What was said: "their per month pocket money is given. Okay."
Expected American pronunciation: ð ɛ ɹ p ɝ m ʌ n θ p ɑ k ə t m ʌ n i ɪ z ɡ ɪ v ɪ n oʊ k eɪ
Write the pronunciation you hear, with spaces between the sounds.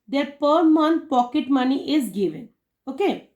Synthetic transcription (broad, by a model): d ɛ ɹ p ɝ m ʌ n p ɑ k ə t m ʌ n i ɪ z ɡ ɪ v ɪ n oʊ k eɪ